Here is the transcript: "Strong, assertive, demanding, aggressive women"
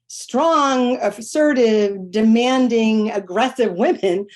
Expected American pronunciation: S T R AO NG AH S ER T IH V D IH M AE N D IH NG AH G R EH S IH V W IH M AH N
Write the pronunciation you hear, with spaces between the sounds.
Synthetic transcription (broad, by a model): S T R AO NG AH S ER T IH V D IH M AE N D IH NG AH G R EH S IH V W IH M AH N